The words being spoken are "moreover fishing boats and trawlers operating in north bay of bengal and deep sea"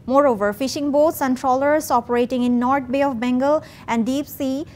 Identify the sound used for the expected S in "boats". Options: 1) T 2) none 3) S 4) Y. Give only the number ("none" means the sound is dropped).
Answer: 3